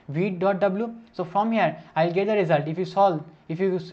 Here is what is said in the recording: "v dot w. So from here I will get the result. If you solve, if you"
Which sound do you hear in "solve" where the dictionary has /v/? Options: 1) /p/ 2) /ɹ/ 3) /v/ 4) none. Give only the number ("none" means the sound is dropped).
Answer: 4